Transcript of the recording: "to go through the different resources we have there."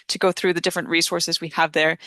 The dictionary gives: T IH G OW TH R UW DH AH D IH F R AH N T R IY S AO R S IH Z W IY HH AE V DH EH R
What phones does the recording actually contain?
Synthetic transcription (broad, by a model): T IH G OW TH R UW DH AH D IH F R AH N T R IY S AO R S IH Z W IY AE V DH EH R